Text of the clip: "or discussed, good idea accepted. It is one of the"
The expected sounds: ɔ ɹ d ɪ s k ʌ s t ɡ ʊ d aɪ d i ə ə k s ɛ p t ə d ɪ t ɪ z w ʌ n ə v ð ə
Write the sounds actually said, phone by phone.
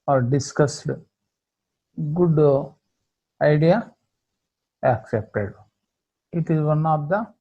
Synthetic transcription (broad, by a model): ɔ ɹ d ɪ s k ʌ s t ɡ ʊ d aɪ d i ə ə k s ɛ p t ə d ɪ t ɪ z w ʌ n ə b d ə